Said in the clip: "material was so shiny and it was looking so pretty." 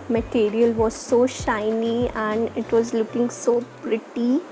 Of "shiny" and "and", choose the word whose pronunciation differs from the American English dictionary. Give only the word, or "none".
none